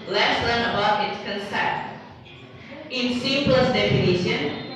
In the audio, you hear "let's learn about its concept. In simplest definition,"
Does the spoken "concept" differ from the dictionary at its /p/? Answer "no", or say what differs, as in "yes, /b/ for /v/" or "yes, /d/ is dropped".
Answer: yes, /p/ is dropped